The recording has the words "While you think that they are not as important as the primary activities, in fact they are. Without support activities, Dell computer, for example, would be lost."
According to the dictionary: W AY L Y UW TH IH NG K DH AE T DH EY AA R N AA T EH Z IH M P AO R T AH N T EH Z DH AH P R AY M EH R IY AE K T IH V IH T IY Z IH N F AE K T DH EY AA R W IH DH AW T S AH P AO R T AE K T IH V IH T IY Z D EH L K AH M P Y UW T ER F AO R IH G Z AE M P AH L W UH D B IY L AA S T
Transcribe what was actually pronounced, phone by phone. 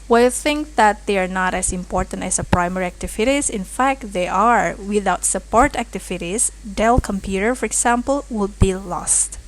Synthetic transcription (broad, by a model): W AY Y UW TH IH NG K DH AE T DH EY AA R N AA T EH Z IH M P AO R T AH N T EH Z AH P R AY M EH R IY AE K T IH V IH T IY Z IH N F AE K T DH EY AA R W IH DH AW T S AH P AO R T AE K T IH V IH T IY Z D EH L K AH M P Y UW T ER F AO R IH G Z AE M P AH L W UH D B IY L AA S T